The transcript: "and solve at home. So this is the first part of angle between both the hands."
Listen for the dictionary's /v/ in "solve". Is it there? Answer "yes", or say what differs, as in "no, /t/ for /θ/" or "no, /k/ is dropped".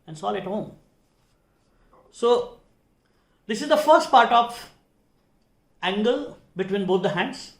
no, /v/ is dropped